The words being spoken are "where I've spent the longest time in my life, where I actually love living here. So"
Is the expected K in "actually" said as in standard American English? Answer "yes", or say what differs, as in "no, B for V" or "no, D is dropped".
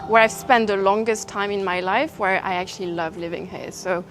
yes